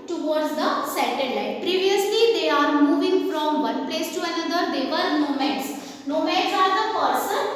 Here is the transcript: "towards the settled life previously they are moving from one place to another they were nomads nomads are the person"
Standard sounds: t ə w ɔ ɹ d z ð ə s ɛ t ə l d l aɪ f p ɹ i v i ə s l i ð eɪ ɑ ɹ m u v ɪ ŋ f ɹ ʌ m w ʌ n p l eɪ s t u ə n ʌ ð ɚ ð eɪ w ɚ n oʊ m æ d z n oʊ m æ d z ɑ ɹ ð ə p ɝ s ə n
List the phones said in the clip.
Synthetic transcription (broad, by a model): t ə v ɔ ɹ d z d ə s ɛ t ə d l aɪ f p ɹ i v i ə s l i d eɪ ɑ ɹ m u v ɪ ŋ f ɹ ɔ m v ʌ n p l eɪ s t u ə n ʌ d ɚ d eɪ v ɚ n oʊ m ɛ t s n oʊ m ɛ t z ɑ ɹ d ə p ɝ s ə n